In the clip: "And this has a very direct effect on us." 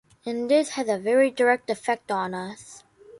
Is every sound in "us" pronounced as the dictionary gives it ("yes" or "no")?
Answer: yes